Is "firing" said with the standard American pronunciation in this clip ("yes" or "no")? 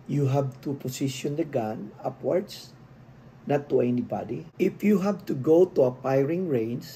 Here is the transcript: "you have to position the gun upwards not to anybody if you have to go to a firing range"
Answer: no